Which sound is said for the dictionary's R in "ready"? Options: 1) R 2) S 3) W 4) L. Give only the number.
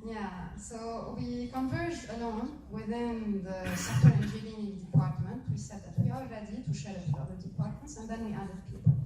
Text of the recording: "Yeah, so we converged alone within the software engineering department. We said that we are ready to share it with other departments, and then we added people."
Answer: 4